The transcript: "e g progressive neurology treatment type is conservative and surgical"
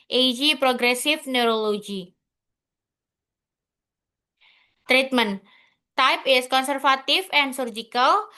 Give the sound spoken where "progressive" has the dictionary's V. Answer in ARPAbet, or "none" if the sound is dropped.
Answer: F